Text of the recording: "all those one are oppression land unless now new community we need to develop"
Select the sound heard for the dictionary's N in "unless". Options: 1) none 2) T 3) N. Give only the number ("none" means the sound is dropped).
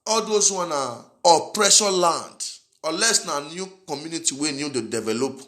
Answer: 1